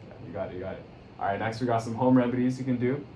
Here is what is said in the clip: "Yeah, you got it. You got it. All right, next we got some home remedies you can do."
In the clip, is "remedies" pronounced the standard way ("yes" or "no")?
yes